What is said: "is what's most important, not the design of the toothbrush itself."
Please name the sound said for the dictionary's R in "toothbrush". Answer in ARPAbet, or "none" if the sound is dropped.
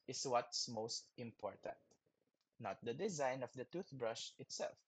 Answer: R